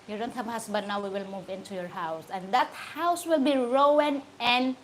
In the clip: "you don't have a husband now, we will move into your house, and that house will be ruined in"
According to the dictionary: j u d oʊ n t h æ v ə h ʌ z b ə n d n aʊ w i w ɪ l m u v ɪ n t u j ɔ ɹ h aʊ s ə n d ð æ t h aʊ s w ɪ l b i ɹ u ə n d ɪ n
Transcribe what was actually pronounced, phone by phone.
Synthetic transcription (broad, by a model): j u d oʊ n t h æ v ə h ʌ s b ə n n aʊ w i w ɪ l m u v ɪ n t u j ɔ ɹ h aʊ s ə n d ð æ t h aʊ s w ɪ l b i ɹ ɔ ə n ɪ n